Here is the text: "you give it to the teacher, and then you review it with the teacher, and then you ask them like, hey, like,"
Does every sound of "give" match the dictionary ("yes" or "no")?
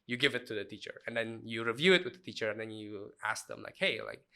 yes